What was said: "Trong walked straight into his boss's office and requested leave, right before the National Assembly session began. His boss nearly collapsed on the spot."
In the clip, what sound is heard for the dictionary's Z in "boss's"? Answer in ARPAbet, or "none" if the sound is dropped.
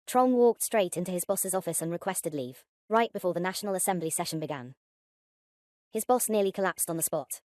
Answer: Z